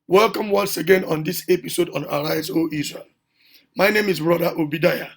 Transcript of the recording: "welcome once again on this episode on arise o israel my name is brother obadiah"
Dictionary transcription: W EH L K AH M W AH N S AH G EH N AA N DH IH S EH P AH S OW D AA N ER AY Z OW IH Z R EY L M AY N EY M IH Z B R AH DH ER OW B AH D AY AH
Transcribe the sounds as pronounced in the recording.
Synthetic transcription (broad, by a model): W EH L K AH M W AH N S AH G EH N AA N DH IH S EH P AH S OW D AA N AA AY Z OW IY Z R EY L M AY N EY M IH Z B R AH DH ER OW B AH D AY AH